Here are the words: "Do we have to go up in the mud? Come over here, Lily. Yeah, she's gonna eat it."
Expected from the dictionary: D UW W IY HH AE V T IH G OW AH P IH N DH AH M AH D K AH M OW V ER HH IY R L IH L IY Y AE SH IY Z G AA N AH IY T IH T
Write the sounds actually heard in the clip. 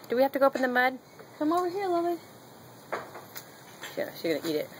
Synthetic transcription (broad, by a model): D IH W IY HH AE F T IH G OW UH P IH N DH AH M AH D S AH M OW W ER HH IY R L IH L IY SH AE SH IY Z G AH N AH IY T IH T